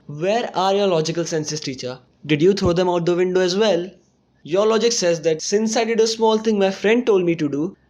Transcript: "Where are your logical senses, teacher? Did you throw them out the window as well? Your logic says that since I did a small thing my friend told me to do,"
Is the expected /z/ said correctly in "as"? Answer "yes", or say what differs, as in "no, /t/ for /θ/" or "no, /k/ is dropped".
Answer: yes